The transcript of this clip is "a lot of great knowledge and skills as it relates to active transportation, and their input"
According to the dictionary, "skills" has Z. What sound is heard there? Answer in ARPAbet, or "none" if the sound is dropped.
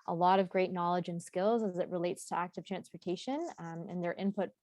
Z